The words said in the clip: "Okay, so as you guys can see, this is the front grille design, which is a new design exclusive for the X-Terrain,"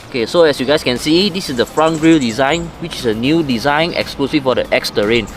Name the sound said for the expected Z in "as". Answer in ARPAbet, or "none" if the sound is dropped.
S